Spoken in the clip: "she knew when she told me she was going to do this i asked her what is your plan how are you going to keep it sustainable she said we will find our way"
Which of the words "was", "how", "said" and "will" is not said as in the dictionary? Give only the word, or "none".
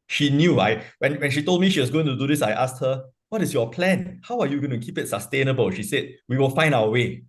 was